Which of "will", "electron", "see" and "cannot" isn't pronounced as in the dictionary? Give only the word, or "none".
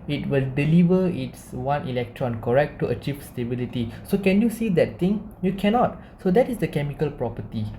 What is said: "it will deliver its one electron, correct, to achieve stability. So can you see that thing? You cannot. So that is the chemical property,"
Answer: none